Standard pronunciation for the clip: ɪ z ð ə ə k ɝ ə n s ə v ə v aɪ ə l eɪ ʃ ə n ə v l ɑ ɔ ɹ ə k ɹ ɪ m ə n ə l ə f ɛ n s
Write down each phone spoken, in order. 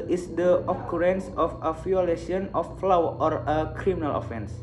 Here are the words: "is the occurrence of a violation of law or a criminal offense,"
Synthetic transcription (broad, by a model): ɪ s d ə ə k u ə n s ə f ə f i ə l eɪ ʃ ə n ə f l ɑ ɔ ɹ ə k ɹ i m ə n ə l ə f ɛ n s